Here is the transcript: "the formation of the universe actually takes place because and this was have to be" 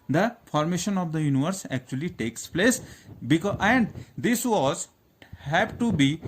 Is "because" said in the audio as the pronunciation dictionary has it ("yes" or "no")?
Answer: no